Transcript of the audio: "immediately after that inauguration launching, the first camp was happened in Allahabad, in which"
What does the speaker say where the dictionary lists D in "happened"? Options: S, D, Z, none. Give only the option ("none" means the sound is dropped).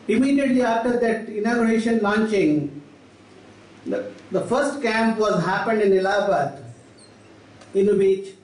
D